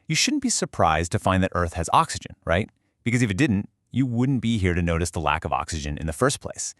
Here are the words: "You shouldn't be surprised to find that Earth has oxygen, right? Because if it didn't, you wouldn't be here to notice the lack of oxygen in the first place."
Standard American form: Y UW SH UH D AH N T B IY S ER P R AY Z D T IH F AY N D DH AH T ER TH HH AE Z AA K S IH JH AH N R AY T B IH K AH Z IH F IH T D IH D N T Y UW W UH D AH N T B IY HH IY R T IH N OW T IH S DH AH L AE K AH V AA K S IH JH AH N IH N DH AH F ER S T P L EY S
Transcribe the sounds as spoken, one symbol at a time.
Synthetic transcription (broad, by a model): Y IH SH UH D N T B IY S ER P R AY Z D T IH F AY N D DH AH T ER TH HH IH Z AA K S IH JH AH N R AY T B IH K AH Z IH F IH T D IH D N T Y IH W UH D N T B IY HH IY R T IH N OW T IH S DH AH L AE K AH V AA K S IH JH AH N IH N DH AH F ER S P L EY S